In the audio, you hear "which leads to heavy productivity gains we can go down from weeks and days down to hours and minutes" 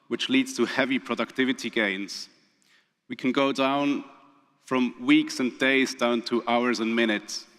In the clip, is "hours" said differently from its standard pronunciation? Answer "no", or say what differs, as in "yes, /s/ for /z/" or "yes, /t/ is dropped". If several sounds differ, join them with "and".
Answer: no